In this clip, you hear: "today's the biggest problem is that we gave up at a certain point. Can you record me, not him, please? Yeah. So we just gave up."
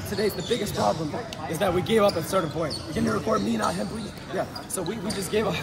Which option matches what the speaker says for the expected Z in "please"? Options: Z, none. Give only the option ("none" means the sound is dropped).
none